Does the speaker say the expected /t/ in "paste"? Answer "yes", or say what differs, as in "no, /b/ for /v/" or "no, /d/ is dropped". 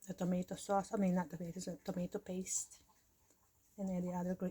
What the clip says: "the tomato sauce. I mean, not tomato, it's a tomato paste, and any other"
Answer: yes